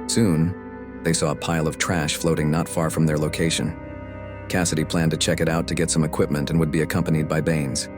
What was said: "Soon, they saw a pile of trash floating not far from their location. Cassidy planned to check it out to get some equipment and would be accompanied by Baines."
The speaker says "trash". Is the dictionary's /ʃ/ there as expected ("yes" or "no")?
yes